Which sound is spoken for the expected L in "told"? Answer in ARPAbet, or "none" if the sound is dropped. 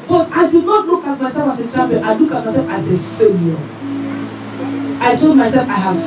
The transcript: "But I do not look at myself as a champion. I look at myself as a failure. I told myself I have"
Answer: none